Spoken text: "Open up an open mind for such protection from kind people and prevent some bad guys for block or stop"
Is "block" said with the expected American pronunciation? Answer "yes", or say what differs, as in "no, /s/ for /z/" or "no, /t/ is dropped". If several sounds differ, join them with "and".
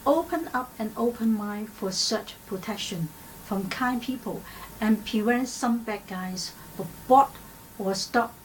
no, /l/ is dropped